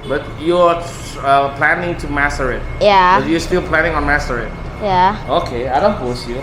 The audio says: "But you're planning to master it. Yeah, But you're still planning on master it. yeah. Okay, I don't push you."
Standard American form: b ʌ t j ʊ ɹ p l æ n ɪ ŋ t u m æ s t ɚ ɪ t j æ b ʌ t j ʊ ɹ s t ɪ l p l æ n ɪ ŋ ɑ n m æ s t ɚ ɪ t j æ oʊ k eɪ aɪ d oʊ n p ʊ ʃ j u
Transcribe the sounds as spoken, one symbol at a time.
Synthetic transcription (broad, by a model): b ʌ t j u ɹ p l æ n ɪ ŋ t u m æ s t ɚ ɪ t j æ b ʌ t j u s t ɪ l p l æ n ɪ ŋ ɑ n m æ s t ɚ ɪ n j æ oʊ k eɪ aɪ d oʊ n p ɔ s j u